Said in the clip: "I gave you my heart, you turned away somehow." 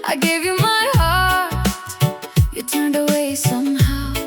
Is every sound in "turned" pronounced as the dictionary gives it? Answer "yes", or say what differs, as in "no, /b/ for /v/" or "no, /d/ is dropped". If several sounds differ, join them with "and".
yes